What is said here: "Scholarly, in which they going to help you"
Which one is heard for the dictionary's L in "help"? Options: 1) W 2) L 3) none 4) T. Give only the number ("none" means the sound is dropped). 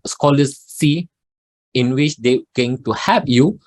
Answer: 3